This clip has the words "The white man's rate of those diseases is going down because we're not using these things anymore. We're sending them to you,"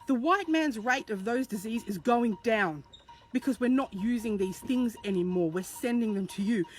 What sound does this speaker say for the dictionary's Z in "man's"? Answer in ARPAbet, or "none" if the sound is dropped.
Z